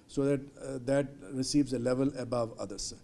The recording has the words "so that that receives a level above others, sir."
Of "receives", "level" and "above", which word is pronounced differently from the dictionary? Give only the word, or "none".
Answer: none